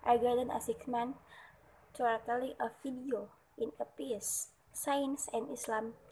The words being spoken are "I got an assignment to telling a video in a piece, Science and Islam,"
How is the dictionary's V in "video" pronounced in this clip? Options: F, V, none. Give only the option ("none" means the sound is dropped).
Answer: F